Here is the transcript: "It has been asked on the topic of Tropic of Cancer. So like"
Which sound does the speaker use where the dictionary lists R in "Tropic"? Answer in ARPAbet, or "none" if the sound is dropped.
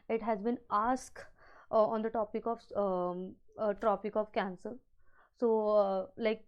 R